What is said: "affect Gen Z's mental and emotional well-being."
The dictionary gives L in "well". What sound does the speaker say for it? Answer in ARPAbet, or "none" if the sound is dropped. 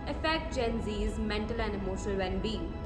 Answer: N